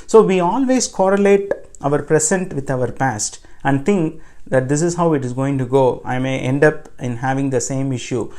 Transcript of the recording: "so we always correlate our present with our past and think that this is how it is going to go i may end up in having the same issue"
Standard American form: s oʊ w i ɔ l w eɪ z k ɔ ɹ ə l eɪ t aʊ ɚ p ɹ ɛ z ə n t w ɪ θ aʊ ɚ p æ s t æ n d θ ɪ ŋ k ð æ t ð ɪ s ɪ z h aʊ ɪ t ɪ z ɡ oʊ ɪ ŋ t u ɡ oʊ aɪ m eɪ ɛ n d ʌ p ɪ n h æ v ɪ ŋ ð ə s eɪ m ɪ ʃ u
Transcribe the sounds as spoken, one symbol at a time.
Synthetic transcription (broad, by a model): s oʊ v i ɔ l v eɪ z k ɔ ɹ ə l eɪ t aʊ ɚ p ɹ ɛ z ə n t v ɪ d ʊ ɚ p æ s t æ n d t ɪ ŋ k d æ t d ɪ s ɪ z h aʊ ɪ t ɪ z ɡ oʊ ɪ ŋ t u ɡ oʊ aɪ m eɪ ɛ n d ʌ p ɪ n h æ v ɪ ŋ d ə s eɪ m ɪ ʃ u